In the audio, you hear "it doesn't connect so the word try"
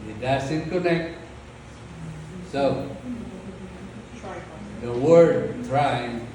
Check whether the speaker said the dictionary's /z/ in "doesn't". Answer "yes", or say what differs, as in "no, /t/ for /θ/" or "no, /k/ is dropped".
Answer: no, /s/ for /z/